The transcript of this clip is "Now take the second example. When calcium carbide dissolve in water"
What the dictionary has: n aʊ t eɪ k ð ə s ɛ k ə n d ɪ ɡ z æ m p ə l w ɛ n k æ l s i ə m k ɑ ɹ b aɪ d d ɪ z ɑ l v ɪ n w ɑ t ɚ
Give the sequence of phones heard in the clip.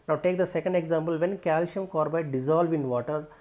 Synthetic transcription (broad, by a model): n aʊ t eɪ k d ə s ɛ k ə n d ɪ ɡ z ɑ m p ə l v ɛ n k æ l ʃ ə m k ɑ ɹ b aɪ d d ɪ z ɑ l v ɪ n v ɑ t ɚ